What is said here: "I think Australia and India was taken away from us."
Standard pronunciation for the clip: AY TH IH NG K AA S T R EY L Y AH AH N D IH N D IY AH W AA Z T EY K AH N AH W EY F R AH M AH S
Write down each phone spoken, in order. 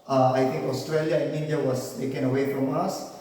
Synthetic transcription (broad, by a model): AY T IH NG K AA S T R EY L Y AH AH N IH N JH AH W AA S T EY K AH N AH W EY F R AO M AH S